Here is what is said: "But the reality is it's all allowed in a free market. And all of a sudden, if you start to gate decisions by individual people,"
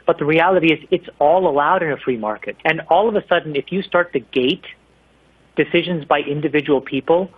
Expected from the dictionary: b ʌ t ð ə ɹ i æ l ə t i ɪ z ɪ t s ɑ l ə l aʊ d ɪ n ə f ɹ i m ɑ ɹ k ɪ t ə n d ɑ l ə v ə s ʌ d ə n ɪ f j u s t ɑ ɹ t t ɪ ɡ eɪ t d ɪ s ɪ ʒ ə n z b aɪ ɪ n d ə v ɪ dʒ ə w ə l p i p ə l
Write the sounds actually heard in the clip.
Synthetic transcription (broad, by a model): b ʌ t ð ə ɹ i æ l ə t i ɪ z ɪ t s ɑ l ə l aʊ d ɪ n ə f ɹ i m ɑ ɹ k ɪ t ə n ɑ l ə v ə s ʌ d n ɪ f j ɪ s t ɑ ɹ t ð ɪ ɡ eɪ t d ɪ s ɪ ʒ ə n z b aɪ ɪ n d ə v ɪ dʒ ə w l p i p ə l